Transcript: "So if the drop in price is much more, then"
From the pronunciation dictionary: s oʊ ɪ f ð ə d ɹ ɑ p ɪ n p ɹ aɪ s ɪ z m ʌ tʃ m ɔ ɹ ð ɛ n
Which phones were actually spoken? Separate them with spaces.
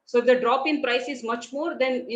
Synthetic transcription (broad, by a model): s oʊ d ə d ɹ ɑ p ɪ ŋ p ɹ aɪ s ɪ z m ʌ tʃ m ɔ ɹ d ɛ n